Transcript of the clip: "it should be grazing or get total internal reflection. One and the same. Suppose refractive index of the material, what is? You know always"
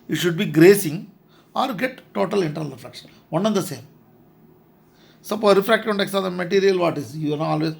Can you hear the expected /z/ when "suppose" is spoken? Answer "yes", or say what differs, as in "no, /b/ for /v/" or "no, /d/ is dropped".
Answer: no, /z/ is dropped